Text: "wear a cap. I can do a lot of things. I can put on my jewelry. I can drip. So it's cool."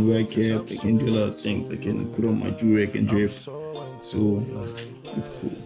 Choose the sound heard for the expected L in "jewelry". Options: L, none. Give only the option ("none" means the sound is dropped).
none